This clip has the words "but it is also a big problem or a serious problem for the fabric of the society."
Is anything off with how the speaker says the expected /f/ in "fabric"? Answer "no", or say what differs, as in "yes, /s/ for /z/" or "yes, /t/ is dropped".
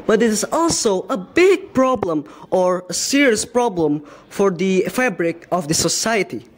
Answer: no